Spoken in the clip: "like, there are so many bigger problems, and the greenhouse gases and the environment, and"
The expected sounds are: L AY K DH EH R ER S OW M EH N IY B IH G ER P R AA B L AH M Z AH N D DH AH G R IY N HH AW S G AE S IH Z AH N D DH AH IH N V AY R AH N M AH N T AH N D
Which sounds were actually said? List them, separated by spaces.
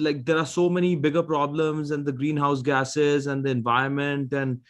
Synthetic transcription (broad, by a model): L AY K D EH R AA S OW M EH N IY B IH G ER P R AA B L AH M Z AH N D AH G R IY N HH AW S G AE S IH Z AH N D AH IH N V AY AH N M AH N T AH N D